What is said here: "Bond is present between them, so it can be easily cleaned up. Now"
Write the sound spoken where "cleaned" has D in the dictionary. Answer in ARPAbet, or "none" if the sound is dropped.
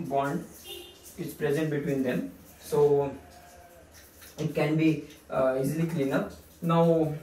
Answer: none